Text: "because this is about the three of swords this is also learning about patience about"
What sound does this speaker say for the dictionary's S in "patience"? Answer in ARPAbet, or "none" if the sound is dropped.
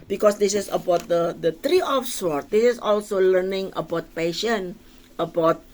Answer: none